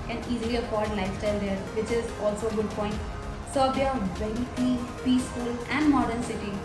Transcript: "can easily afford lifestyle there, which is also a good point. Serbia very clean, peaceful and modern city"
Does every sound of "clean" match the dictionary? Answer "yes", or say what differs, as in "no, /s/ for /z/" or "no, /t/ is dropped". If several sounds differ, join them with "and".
no, /l/ is dropped